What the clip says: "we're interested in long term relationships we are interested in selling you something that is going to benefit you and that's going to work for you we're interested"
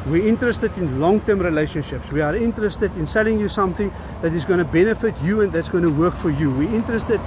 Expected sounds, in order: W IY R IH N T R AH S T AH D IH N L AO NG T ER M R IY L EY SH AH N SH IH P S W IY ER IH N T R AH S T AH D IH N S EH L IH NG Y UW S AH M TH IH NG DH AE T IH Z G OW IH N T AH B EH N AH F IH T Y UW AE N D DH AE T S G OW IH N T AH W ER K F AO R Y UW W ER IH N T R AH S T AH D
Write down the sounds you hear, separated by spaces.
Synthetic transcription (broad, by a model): W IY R IH N T R AH S T AH D IH N L AO NG T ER M R IY L EY SH AH N SH IH P S W IY ER IH N T R AH S T AH D IH N S EH L IH NG Y UW S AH M TH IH NG DH AE T IH Z G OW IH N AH B EH N AH F IH T Y UW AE N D DH AE T S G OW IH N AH W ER K F AO R Y UW W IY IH N T R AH S T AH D